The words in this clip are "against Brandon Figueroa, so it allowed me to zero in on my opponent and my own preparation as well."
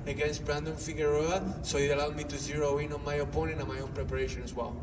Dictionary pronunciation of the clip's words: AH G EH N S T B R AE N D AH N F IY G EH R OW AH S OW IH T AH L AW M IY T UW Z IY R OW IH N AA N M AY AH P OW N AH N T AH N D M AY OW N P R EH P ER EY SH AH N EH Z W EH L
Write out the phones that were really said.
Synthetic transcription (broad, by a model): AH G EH N S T B R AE N D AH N F IY G EH R OW AH S OW IH T AH L AW M IY T UW Z IY R OW IH N AA N M AY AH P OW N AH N AH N M AY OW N P R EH P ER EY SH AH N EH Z W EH L